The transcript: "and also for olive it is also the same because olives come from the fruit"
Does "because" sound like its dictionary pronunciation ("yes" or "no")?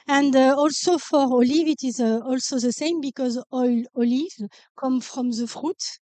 yes